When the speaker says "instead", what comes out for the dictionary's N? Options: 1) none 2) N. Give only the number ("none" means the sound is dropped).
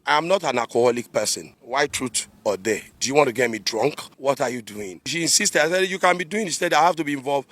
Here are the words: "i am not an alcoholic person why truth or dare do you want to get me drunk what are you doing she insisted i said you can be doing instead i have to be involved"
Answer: 1